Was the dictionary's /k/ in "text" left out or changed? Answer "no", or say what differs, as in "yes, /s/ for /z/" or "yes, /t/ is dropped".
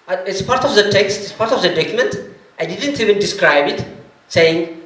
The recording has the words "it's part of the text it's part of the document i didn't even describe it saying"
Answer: no